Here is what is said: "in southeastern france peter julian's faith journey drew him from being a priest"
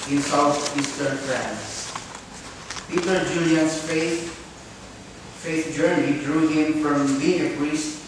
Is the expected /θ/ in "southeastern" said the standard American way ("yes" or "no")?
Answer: no